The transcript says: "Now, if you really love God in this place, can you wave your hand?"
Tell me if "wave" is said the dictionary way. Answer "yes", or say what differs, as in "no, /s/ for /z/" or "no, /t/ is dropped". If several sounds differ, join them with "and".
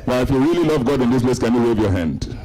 yes